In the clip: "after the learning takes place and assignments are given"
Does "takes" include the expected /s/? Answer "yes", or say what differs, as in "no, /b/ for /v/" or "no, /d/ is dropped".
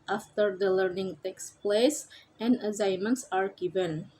yes